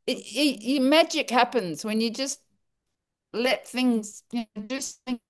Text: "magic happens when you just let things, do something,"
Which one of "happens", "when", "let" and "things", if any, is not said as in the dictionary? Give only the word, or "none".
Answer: none